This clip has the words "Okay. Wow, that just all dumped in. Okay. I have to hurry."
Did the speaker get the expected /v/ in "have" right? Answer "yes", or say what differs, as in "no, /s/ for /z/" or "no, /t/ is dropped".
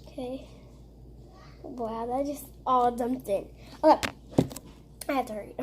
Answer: no, /f/ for /v/